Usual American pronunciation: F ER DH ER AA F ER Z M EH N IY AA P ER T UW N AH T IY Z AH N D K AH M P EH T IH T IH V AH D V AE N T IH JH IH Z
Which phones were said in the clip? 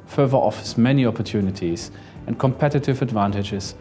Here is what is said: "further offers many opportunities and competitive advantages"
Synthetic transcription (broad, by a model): F ER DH ER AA F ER S M EH N IY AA P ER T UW N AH T IY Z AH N K AH M P EH T IH T IH V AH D V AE N T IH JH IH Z